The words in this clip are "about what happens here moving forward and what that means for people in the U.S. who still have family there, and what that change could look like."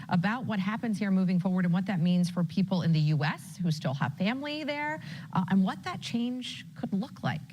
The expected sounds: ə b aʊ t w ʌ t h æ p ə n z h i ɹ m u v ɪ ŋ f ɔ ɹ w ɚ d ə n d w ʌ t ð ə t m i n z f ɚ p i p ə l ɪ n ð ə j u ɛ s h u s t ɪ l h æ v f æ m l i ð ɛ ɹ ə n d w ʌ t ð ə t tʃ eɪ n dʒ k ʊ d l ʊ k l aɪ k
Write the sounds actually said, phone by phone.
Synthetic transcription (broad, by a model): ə b aʊ t w ʌ t h æ p ə n z h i ɹ m u v ɪ ŋ f ɔ ɹ w ɚ d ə n w ʌ t ð ə t m i n z f ɚ p i p l ɪ n ð ə j u ɛ s h u s t ɪ l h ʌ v f æ m l i ð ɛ ɹ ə n w ʌ t ð ə t tʃ eɪ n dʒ k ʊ d l ʊ k l aɪ k